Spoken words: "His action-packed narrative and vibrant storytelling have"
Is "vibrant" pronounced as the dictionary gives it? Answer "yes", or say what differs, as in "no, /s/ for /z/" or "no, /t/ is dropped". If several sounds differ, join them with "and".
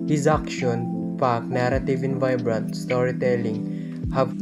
yes